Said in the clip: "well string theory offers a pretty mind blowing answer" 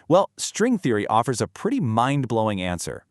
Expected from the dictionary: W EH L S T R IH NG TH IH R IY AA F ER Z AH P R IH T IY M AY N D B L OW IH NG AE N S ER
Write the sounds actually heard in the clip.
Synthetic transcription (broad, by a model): W EH L S T R IH NG TH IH R IY AA F ER Z AH P R IH T IY M AY N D B L OW IH NG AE N S ER